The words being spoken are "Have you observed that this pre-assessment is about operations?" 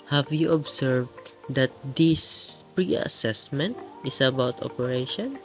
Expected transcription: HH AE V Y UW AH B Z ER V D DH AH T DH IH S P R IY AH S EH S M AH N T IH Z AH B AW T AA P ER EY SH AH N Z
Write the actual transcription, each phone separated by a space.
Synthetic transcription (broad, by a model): HH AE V Y UW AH B S ER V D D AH T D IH S P R IY AH S EH S M AH N T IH S AH B AW T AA P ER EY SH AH N